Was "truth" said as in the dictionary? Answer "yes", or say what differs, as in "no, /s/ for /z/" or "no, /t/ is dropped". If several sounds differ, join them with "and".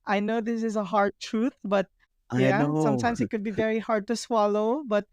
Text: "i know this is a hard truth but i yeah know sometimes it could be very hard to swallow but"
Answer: no, /t/ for /θ/